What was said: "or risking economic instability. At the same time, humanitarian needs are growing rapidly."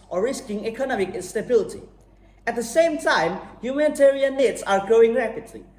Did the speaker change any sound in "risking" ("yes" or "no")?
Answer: no